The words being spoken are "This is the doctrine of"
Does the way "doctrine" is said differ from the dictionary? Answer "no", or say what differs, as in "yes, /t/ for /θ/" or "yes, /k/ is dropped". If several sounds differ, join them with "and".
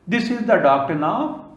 yes, /ɹ/ is dropped